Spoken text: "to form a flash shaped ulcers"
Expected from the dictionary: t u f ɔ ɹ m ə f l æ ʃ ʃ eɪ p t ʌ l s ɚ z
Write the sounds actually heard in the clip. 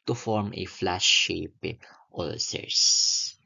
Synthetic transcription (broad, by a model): t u f ɔ ɹ m ə f l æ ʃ ʃ eɪ p t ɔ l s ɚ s